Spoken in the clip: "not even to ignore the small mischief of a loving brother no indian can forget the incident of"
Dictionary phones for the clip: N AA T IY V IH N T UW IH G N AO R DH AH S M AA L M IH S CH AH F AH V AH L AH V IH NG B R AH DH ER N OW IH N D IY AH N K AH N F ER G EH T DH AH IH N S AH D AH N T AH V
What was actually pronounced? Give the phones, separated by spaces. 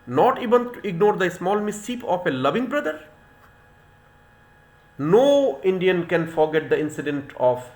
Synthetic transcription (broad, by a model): N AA T IY V IH N T UW IH G N AO R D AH S M AA L M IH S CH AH P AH F AH L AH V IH NG B R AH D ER N OW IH N D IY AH N K AH N F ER G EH T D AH IH N S AH D AH N T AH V